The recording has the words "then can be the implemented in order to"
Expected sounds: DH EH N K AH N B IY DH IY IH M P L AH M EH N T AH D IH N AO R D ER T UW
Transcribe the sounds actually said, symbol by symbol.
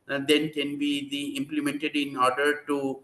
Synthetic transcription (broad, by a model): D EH N K AH N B IY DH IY IH M P L AH M EH N T AH D IH N AO R D ER T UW